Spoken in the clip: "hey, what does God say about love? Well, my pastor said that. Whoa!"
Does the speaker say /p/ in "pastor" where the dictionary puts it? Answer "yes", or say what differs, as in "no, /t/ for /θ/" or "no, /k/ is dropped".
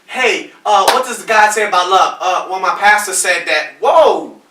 yes